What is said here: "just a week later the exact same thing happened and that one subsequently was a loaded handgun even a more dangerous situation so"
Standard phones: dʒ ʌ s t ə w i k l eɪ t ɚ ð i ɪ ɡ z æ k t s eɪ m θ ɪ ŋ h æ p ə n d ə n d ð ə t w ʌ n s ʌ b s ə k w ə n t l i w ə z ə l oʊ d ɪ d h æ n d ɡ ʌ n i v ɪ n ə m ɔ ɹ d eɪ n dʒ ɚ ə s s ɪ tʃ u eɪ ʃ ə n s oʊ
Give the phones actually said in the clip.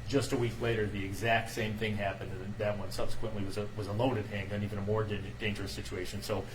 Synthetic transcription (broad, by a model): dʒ ʌ s t ə w i k l eɪ t ɚ ð i ɪ ɡ z æ k t s eɪ m θ ɪ ŋ h æ p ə n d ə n ð ə t w ʌ n s ʌ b s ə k w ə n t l i w ə z ə l oʊ d ɪ d h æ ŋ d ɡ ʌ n i v ɪ n ə m ɔ ɹ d eɪ n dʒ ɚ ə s s ɪ tʃ u eɪ ʃ ə n s oʊ